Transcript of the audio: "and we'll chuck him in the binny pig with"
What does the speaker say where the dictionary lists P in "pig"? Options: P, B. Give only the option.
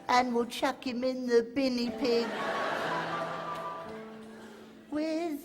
P